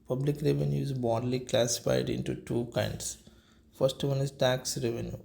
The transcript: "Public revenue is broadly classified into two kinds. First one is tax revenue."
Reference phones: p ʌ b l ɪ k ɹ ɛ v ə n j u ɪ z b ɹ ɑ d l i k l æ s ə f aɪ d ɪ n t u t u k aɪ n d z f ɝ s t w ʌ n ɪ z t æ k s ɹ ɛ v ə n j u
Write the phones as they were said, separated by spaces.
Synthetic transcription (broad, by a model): p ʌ b l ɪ k ɹ ɛ v ə n j u ɪ z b ɑ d l i k l æ s ə f aɪ d ɪ n t u t u k aɪ n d s f ɝ s t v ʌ n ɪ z t æ k s ɹ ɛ v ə n j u